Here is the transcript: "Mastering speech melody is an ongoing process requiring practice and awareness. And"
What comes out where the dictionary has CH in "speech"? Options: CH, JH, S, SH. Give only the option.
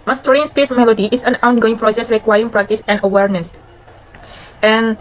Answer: S